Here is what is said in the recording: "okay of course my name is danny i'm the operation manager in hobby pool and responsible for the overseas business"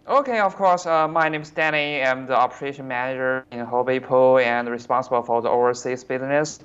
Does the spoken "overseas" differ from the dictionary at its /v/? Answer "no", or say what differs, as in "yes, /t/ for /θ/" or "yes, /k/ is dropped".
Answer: yes, /v/ is dropped